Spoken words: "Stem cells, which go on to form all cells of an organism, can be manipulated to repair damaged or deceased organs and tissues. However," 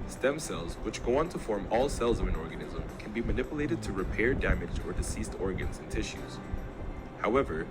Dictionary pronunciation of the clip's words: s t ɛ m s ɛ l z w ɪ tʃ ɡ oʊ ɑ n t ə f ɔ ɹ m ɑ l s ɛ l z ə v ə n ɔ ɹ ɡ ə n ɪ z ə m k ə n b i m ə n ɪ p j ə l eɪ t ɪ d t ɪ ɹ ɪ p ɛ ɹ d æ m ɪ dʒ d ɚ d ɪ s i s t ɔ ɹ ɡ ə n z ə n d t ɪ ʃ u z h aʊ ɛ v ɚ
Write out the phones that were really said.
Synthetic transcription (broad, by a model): s t ɛ m s ɛ l z w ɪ tʃ ɡ oʊ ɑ n t ə f ɔ ɹ m ɑ l s ɛ l z ə v ə n ɔ ɹ ɡ ə n ɪ z ə m k ə n b i m ə n ɪ p j ə l eɪ t ɪ d t ɪ ɹ ɪ p ɛ ɹ d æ m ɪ dʒ ɚ d ɪ s i s t ɔ ɹ ɡ ə n z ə n t ɪ ʃ u z h aʊ ɛ v ɚ